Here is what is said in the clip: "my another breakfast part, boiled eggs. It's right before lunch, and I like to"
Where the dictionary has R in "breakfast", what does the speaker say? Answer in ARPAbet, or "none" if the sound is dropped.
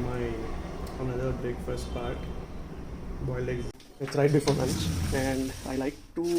none